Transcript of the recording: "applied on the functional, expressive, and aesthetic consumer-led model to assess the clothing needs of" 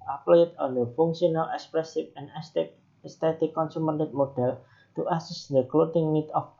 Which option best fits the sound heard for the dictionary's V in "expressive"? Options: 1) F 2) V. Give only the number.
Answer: 1